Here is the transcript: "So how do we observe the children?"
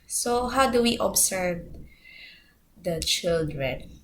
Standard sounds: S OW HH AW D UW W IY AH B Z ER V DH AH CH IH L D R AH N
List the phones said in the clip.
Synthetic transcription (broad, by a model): S OW HH AW D UW W IY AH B S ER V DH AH CH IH L D R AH N